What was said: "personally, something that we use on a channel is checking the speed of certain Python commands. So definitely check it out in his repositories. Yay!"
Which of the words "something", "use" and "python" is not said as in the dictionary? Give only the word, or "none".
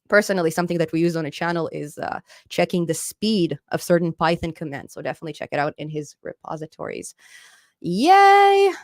none